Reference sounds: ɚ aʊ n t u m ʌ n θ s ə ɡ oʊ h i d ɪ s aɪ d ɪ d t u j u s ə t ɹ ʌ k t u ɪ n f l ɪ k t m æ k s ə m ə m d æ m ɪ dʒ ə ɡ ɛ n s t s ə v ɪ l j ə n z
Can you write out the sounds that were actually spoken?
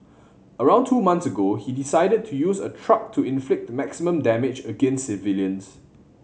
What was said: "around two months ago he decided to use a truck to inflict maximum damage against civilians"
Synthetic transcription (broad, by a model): ɚ aʊ n t u m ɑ n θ s ə ɡ oʊ h i d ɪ s aɪ d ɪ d t u j u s ə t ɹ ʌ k t u ɪ n f l ɪ k t m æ k s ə m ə m d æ m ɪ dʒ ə ɡ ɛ n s s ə v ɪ l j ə n s